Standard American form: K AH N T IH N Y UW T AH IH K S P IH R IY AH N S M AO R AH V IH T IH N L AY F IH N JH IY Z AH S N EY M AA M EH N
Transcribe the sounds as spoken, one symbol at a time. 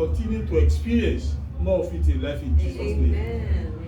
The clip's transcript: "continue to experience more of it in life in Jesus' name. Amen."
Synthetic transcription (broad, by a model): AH N T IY N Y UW T AH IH K S P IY R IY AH N S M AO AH F IH T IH L AY F IH N JH IY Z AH S N EY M M